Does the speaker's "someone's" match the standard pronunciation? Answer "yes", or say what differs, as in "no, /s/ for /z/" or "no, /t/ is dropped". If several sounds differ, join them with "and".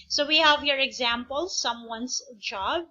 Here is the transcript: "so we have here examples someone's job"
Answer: no, /s/ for /z/